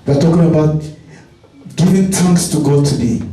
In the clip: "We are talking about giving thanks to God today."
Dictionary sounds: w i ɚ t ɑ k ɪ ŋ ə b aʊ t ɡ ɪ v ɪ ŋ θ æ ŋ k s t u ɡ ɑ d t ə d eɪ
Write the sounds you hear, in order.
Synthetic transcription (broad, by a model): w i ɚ t ɑ k ɪ ŋ ə b aʊ t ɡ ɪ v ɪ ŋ t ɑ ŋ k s t u ɡ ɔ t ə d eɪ